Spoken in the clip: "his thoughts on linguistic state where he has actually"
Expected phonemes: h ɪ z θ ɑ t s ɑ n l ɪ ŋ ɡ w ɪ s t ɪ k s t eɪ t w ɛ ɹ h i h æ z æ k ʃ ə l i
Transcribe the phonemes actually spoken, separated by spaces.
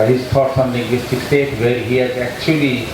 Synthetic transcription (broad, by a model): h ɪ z t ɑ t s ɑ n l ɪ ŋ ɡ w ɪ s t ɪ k s t eɪ t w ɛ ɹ h i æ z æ k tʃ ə l i